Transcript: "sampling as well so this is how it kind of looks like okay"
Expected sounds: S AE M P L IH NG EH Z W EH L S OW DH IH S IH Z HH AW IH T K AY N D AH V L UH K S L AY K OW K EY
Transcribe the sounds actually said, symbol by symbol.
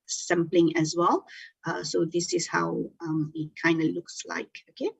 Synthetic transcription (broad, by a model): S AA M P L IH NG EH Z W EH L S OW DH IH S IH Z HH AW IH T K AY N D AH L UH K S L AY K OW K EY